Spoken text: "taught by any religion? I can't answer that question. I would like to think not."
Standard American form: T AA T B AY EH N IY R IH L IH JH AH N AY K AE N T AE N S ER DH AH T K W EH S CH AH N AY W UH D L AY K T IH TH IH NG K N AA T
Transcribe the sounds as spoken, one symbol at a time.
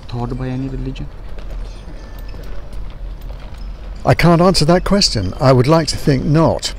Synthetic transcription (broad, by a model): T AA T B AY EH N IY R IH L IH JH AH N AY K AE N T AE N S ER DH AH T K W EH S CH AH N AY W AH D L AY K T IH TH IH NG K N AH T